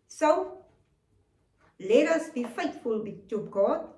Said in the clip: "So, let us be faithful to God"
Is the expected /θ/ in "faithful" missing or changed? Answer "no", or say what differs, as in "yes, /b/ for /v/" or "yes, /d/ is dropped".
yes, /t/ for /θ/